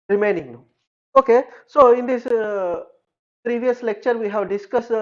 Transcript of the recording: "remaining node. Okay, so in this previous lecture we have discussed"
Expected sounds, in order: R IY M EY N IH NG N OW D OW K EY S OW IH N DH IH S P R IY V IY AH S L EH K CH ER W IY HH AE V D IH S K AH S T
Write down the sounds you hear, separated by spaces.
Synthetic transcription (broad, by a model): R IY M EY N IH NG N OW OW K EY S OW IH N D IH S P R IY V IY AH S L EH K CH ER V IY HH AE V D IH S K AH S